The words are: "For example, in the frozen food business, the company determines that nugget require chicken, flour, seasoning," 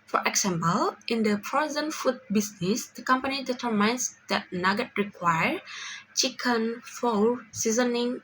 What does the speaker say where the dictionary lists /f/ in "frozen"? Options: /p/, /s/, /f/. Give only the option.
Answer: /p/